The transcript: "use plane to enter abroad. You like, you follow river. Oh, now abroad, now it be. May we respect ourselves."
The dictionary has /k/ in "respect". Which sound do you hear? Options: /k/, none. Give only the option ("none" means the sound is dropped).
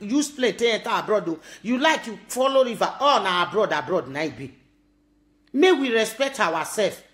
/k/